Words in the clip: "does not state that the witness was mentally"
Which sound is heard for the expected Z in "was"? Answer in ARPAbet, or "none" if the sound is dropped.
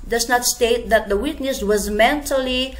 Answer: Z